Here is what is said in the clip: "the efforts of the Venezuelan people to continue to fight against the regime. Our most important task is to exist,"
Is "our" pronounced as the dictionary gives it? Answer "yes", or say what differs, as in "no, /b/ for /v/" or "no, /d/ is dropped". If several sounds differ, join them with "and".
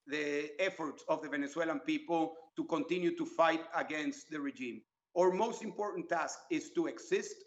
yes